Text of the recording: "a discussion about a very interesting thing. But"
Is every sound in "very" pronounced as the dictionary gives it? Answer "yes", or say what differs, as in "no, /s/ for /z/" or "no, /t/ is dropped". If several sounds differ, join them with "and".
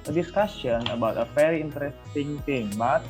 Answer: no, /f/ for /v/